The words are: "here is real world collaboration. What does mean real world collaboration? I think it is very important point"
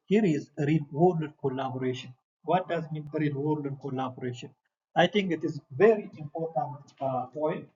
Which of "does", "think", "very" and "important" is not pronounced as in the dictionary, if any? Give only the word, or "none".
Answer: think